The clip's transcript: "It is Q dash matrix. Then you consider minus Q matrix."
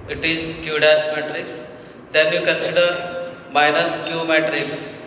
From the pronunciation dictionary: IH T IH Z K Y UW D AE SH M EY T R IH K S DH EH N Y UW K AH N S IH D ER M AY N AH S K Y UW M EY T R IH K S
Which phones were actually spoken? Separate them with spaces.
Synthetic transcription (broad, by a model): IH T IH Z K Y UW D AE S M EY T R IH K S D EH N Y UW K AH N S IH D ER M AY N AH S K Y UW M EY T R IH K S